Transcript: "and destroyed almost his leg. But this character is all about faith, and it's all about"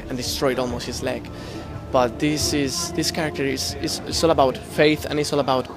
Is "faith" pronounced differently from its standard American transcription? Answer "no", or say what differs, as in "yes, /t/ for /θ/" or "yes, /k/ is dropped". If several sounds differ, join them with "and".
no